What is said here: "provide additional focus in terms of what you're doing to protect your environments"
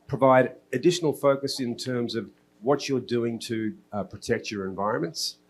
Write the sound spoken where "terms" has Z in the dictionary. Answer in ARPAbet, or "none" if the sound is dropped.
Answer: Z